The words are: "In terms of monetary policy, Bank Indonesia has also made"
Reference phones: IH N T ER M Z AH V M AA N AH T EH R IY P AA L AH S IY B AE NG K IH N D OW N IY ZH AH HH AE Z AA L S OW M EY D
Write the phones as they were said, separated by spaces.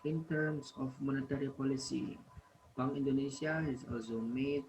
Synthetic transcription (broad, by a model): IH N T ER M S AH F M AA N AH T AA R IY P AA L AH S IY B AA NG IH N D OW N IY S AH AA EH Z AA L S OW M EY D